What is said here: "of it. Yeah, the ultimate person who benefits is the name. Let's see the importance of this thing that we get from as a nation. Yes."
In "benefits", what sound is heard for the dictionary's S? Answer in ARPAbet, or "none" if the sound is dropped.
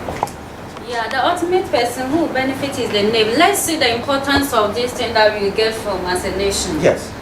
none